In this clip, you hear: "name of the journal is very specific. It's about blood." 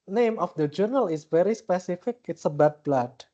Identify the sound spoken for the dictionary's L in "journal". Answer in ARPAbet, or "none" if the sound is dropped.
L